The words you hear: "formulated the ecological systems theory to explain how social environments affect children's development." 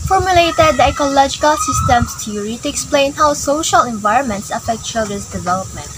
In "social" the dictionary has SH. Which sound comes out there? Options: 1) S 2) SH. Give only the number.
2